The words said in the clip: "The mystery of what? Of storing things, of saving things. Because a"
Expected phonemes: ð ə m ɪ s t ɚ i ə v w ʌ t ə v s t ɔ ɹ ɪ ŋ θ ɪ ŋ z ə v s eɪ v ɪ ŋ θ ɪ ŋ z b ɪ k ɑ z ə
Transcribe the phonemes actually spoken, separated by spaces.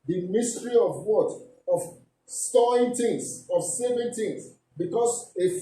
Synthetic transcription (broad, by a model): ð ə m ɪ s t ɚ i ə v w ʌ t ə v s t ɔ ɪ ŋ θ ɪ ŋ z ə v s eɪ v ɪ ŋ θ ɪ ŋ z b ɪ k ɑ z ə